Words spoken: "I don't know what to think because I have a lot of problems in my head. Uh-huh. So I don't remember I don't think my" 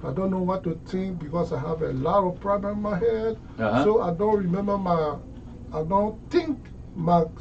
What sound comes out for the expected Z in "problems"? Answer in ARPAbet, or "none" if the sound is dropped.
none